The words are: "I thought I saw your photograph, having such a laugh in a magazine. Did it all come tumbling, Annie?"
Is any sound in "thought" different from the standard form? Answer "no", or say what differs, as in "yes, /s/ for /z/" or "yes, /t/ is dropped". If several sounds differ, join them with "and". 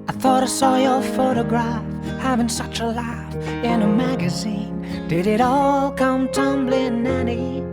no